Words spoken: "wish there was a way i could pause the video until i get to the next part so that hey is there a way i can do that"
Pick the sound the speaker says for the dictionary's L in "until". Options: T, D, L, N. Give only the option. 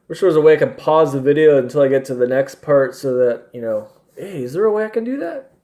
L